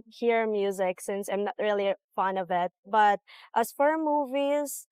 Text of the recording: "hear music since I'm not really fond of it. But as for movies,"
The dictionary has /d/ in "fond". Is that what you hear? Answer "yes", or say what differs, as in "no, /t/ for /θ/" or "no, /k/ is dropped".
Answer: no, /d/ is dropped